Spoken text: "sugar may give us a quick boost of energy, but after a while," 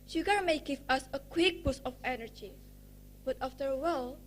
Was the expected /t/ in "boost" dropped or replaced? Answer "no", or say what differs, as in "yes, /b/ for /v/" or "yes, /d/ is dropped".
yes, /t/ is dropped